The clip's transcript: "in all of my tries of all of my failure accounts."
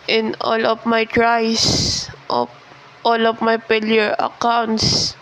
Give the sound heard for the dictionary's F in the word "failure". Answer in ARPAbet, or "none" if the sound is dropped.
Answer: P